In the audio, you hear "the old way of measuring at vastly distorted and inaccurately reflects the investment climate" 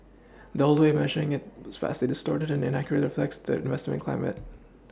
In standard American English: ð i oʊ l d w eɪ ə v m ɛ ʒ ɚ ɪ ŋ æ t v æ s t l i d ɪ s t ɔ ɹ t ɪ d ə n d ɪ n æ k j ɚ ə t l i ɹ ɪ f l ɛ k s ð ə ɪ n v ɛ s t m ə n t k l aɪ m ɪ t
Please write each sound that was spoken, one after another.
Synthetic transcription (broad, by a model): ð i oʊ l d w eɪ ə m ɛ ʒ ɚ ɪ ŋ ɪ t f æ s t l i d ɪ s t ɔ ɹ t ɪ d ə n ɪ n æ k j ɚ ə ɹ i ɹ ɪ f l ɛ k s ð ə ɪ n v ɛ s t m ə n k l aɪ m ɪ t